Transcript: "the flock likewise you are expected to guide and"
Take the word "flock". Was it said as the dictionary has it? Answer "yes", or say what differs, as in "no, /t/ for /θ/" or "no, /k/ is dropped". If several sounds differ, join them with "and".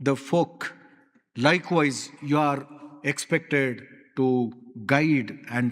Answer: no, /l/ is dropped